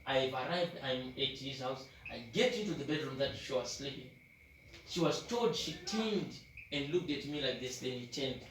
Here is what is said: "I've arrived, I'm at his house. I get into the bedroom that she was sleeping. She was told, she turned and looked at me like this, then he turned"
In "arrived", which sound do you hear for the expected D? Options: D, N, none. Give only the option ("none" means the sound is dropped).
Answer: D